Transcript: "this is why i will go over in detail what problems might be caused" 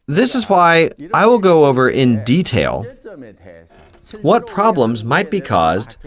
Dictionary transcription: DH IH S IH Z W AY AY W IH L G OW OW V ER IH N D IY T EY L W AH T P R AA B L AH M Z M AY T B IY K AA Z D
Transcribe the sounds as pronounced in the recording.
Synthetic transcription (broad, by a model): DH IH S IH Z W AY AY W IH L G OW OW V ER IH N D IY T EY L W AH T P R AA B L AH M Z M AY T B IY K AA Z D